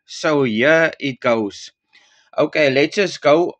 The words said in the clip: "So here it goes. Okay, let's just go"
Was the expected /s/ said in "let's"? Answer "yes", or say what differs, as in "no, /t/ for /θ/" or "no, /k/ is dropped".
no, /s/ is dropped